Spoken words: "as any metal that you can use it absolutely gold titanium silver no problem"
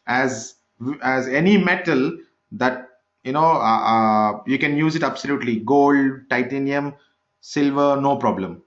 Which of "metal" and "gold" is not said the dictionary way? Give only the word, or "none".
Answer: none